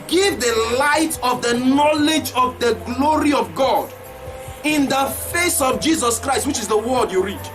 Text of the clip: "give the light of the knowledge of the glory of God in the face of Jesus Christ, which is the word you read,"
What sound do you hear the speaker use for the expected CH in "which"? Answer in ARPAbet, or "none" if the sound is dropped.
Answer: CH